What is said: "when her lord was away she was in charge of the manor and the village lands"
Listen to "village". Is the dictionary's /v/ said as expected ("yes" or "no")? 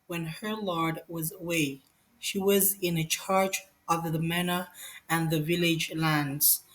yes